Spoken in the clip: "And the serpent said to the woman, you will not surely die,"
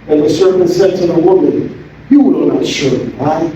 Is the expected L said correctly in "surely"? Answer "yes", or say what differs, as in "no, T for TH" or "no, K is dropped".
no, L is dropped